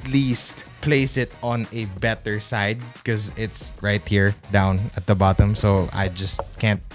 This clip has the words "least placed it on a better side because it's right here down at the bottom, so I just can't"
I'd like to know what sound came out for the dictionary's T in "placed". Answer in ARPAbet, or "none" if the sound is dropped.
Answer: none